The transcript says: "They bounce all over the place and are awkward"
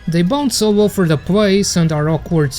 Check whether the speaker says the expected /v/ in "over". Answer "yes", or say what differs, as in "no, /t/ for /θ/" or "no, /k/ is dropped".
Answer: no, /f/ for /v/